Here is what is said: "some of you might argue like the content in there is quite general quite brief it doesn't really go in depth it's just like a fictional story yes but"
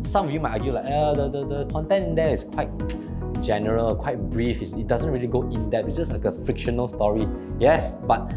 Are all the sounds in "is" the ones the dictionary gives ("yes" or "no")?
no